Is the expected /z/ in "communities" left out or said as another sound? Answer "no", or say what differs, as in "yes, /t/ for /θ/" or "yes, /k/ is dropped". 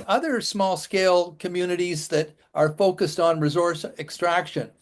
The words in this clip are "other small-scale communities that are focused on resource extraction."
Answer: no